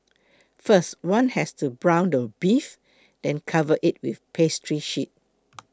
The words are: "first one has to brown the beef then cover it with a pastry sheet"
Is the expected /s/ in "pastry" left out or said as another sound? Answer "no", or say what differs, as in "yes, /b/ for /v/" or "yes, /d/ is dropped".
no